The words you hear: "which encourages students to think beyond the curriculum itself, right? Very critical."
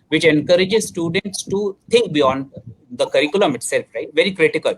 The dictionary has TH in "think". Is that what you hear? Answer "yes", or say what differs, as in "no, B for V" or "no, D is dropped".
no, T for TH